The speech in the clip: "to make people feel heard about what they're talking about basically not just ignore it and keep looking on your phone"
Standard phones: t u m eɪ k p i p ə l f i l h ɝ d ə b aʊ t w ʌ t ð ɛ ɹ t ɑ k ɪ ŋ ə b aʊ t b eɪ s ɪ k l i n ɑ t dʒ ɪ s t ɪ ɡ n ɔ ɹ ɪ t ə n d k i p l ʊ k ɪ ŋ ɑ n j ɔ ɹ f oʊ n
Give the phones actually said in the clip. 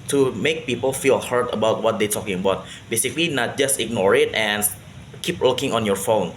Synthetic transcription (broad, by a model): t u m eɪ k p i p ə l f i l h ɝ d ə b aʊ t w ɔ t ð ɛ t ɑ k ɪ ŋ ə b aʊ t b eɪ s ɪ k l i n ɑ t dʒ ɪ s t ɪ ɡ n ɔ ɹ ɪ t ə n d k i p w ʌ k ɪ ŋ ɑ n j ɔ ɹ f oʊ n